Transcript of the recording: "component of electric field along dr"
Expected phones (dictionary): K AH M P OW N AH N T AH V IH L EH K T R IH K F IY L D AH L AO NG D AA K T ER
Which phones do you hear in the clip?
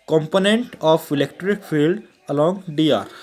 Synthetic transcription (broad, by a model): K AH M P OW N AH N T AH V IH L EH K T R IH K F IY L D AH L AO NG D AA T